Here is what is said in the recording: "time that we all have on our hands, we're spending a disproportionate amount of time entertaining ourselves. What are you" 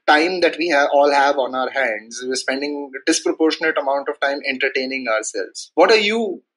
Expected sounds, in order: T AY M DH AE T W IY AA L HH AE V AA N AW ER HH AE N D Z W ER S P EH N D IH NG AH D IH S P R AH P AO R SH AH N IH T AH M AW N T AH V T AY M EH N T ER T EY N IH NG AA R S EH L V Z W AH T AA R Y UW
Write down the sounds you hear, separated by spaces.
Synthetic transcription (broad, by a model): T AY M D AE T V IY AA L HH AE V AA N AW ER HH AE N D Z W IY S P EH N D IH NG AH D IH S P R AH P AO R SH AH N IH T AH M AW N T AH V T AY M EH N T ER T EY N IH NG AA R S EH L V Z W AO T AA R Y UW